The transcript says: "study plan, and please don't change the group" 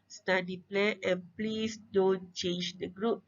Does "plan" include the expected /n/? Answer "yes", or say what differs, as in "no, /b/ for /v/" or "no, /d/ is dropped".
no, /n/ is dropped